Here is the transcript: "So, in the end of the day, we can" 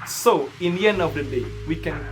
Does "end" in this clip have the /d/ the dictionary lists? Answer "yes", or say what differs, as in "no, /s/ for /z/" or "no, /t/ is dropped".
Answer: yes